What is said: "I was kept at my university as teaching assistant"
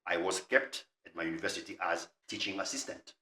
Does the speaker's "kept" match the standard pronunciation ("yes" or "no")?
yes